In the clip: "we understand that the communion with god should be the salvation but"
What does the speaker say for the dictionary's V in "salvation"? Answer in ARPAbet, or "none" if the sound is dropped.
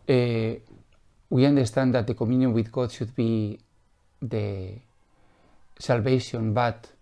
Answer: B